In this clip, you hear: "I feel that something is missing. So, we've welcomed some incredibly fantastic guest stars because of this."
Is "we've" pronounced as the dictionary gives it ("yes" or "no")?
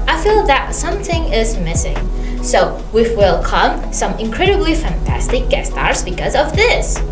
no